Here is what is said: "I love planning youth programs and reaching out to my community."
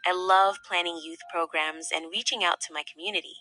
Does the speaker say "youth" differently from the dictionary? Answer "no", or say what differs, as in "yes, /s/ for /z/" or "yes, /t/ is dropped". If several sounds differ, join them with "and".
no